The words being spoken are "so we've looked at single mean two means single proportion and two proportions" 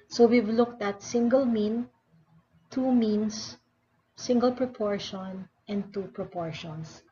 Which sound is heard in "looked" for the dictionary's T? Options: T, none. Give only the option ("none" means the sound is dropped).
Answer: T